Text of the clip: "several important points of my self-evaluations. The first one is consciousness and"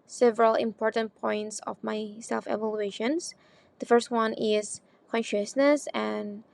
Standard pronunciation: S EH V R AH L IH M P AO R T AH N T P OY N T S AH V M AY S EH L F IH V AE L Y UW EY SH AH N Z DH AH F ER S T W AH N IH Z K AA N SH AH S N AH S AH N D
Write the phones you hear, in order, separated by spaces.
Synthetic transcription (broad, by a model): S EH V R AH L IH M P AO R T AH N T P OY N T S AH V M AY S EH L F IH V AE L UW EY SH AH N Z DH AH F ER S T W AH N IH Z K AA N SH AH S N AH S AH N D